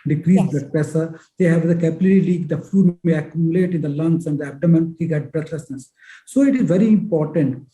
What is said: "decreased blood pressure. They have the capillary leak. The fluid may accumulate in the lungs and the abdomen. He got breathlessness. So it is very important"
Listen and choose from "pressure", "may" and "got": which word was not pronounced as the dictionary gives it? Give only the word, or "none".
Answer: pressure